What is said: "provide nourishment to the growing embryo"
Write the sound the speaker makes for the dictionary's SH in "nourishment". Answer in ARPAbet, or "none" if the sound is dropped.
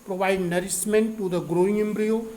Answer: S